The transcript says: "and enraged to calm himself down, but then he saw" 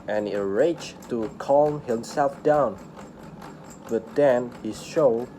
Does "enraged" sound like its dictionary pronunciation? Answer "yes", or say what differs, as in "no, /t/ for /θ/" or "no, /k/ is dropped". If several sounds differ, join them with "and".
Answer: no, /n/ is dropped